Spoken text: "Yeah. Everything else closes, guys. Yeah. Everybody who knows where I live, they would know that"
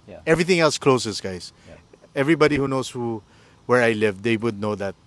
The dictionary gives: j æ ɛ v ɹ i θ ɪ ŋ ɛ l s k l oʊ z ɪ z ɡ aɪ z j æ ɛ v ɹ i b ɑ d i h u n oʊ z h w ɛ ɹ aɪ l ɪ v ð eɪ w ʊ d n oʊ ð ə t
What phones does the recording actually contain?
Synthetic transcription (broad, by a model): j ɛ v ɹ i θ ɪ ŋ ɛ l s k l oʊ s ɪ s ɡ aɪ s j ɛ v ɹ i b ɑ d i h u n oʊ s h w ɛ ɹ aɪ l ɪ v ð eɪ w ʊ d n oʊ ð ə t